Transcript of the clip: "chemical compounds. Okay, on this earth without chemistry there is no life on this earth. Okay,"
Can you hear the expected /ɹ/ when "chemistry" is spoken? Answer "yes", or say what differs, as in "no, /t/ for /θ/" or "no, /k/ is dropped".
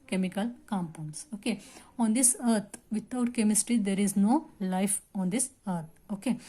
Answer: yes